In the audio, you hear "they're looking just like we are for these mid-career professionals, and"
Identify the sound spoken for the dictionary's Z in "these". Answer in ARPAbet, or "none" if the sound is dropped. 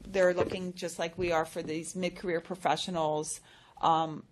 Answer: Z